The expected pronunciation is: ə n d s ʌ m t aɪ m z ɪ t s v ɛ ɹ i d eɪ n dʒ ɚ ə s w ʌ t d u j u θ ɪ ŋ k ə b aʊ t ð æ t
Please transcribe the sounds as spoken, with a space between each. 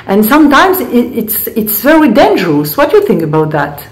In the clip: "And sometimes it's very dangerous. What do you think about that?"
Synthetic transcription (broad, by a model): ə n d s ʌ m t aɪ m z ɪ t s v ɛ ɹ i d eɪ n dʒ ɚ ə s w ʌ t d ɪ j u θ ɪ ŋ k ə b aʊ t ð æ t